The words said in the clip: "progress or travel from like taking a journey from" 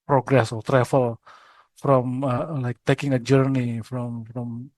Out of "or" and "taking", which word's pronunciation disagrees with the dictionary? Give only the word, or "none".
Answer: or